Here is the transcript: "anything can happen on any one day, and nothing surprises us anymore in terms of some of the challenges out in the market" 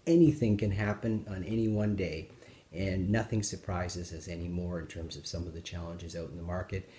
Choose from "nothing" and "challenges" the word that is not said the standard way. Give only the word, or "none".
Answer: none